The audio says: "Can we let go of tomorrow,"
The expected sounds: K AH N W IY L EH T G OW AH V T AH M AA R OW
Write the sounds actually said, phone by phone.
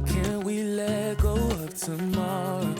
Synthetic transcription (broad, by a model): K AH N W IY L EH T G OW AH P T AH M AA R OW